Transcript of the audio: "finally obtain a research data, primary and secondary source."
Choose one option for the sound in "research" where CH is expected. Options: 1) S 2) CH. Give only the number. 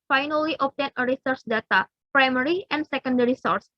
1